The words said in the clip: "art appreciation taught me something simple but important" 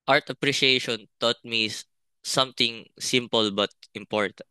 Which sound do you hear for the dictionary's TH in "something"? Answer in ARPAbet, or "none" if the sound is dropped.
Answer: T